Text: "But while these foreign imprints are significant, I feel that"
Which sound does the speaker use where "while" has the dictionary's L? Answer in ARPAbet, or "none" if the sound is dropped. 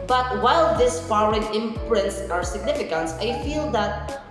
L